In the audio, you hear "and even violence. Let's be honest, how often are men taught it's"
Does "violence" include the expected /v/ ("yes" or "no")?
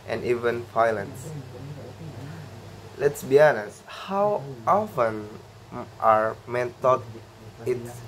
no